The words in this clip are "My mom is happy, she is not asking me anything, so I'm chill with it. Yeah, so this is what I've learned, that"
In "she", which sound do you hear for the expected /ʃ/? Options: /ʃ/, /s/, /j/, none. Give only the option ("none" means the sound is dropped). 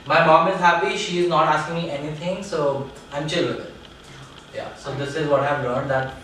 /ʃ/